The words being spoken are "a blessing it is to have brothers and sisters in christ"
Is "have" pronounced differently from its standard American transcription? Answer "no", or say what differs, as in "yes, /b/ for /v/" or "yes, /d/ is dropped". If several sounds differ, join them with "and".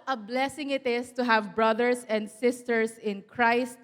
no